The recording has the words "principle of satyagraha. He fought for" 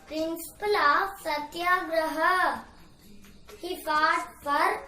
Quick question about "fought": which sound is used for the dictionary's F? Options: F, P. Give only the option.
P